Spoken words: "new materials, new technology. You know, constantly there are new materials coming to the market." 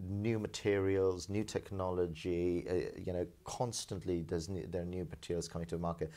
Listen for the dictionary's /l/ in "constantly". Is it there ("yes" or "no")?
yes